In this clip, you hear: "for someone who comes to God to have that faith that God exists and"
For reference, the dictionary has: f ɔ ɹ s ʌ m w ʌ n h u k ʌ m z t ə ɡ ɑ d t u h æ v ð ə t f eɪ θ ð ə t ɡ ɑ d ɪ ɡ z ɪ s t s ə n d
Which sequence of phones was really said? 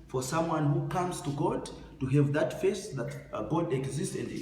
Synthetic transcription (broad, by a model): f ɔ ɹ s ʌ m w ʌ n h u k ʌ m z t ə ɡ ɑ d t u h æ v ð ə t f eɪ s ð ə t ɡ ɑ d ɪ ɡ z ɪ s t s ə n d